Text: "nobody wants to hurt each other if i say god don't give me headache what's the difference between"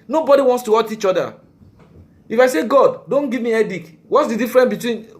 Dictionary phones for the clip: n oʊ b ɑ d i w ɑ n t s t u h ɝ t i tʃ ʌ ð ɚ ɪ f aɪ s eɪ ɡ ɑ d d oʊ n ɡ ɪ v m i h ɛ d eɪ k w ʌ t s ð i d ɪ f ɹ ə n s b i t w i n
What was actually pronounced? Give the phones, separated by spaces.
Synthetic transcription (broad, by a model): n oʊ b ɑ d i w ɑ n t s t u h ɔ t i tʃ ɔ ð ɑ ɪ f aɪ s eɪ ɡ ɑ d d oʊ n ɡ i v m i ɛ d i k w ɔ t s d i d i f ɹ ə n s b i t w i n